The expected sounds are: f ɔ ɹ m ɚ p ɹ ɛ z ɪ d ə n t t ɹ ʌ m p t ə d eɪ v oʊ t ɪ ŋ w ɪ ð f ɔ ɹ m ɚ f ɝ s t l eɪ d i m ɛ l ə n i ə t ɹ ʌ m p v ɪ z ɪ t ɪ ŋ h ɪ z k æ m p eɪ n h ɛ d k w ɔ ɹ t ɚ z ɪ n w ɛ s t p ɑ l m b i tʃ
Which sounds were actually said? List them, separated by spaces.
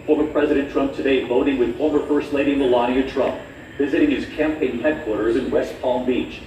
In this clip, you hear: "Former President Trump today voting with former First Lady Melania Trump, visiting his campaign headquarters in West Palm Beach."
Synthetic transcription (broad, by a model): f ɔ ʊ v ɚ p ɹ ɛ z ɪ d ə n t t ɹ ʌ m p t ə d eɪ v oʊ t ɪ ŋ w ɪ ð ɔ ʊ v ɚ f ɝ s l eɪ d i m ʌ l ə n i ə t ɹ ʌ m p v ɪ z ɪ t ɪ ŋ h ɪ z k æ m p eɪ n h ɛ d k w ɔ ɹ t ɚ z ɪ n w ɛ s t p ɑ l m b i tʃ